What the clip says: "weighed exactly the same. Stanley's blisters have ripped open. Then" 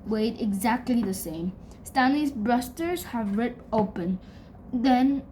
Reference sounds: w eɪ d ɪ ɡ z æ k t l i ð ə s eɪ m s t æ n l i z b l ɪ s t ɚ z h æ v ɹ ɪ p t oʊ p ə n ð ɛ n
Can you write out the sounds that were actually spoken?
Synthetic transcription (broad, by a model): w eɪ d ɪ ɡ z æ k t l i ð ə s eɪ m s t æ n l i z b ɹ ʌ s t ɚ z h æ v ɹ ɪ t oʊ p ə n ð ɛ n